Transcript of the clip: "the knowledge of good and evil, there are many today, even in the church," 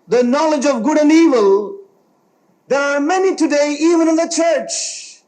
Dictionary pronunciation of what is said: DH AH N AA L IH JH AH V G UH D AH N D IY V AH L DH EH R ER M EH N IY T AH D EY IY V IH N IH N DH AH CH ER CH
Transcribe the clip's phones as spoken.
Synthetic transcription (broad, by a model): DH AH N AA L IH JH AH V G UH D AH N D IY V AH L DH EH R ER M EH N IY T AH D EY IY V IH N IH N DH AH CH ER CH